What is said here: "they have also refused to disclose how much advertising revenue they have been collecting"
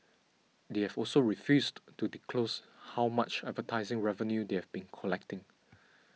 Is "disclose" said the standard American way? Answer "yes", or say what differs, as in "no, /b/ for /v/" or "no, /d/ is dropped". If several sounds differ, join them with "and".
no, /s/ is dropped